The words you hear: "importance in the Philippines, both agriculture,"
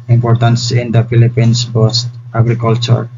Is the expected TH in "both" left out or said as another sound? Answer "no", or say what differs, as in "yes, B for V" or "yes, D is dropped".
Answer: yes, T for TH